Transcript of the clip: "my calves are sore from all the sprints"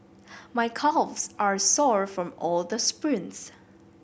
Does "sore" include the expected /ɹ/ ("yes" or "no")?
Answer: yes